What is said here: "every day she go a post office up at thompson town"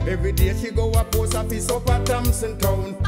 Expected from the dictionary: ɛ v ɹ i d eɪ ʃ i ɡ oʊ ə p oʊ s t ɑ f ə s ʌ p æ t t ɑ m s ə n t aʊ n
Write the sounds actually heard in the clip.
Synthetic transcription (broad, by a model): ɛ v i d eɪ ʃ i ɡ oʊ ə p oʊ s ɑ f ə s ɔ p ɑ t t ɑ m s ə n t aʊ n